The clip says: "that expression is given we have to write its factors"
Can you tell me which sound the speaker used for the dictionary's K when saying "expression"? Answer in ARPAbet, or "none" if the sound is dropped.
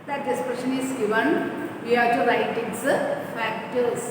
none